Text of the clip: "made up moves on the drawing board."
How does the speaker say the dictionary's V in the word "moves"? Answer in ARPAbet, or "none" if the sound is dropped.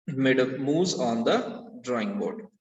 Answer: none